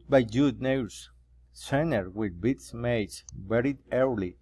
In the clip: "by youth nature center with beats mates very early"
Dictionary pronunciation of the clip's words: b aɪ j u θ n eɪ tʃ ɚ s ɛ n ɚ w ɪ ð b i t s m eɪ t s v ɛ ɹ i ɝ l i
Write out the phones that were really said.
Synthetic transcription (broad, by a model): b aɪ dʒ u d n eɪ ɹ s s ɛ n ɚ w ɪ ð b i t s m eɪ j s b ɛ ɹ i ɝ l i